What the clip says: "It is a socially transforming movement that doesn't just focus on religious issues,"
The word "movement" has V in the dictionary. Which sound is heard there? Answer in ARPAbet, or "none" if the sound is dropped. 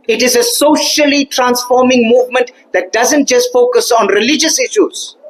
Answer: V